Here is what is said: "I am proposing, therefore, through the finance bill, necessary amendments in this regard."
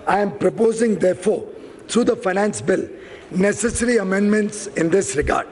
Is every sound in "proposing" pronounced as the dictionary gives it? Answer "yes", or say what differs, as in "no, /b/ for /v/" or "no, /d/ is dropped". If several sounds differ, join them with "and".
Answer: yes